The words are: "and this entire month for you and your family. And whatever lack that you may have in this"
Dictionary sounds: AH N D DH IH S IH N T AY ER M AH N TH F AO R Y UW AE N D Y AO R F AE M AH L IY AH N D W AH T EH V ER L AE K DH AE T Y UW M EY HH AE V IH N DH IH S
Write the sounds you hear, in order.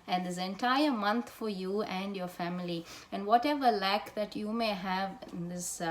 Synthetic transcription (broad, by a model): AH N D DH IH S IH N T AY ER M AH N T F AO R Y UW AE N D Y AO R F AE M AH L IY AH N D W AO T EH V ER L AE K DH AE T Y UW M EY HH AE V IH N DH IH S